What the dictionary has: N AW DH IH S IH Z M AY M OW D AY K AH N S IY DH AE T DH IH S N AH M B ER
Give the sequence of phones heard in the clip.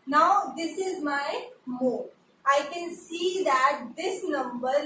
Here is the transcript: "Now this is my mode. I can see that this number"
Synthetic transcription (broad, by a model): N AW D IH S IH Z M AY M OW AY K AH N S IY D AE T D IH S N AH M B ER